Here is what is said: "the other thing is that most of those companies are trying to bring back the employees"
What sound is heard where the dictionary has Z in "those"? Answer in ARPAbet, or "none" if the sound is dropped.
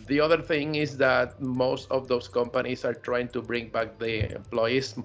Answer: S